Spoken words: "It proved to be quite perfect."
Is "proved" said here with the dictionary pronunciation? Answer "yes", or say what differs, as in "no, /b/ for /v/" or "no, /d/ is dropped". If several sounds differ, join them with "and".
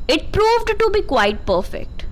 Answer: yes